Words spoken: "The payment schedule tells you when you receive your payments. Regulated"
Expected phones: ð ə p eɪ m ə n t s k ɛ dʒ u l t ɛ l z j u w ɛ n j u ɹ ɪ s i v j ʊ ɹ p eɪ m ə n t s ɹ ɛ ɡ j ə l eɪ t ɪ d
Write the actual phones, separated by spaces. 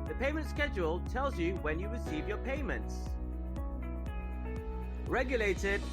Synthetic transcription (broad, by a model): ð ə p eɪ m ə n t s k ɛ dʒ u l t ɛ l z j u w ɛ n j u ɹ ɪ s i v j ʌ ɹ p eɪ m ə n t s ɹ ɛ ɡ j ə l eɪ t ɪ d